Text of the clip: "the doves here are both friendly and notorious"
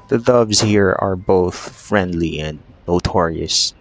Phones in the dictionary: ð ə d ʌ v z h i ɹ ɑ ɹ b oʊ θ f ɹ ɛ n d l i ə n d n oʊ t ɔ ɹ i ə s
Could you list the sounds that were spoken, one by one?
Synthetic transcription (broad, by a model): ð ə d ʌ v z h i ɹ ɑ ɹ b oʊ θ f ɹ ɛ n d l i ə n d n oʊ t ɔ ɹ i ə s